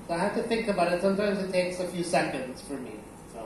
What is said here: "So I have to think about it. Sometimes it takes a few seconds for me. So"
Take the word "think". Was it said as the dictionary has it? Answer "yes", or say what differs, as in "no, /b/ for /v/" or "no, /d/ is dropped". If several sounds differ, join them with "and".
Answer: yes